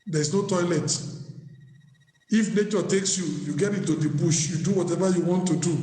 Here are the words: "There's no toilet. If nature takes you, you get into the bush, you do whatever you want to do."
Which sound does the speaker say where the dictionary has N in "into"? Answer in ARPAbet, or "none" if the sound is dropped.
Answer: none